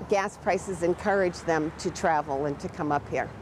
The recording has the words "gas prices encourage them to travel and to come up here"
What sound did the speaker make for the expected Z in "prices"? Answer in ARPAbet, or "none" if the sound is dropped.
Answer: Z